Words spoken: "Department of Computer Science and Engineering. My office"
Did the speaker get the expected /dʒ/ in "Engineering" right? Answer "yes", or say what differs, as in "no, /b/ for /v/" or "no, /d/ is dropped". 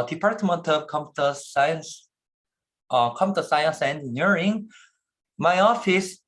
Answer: no, /dʒ/ is dropped